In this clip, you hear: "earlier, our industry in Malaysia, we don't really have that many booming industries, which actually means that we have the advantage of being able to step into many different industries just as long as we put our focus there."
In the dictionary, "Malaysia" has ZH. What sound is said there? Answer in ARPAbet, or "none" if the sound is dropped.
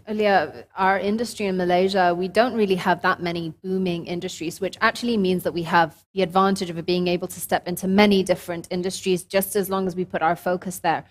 ZH